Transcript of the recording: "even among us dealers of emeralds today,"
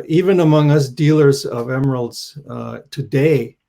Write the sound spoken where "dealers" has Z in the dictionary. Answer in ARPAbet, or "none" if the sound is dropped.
Z